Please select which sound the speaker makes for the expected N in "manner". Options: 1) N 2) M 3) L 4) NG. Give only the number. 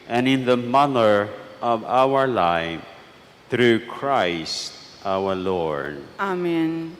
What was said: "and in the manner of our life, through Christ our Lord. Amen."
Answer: 3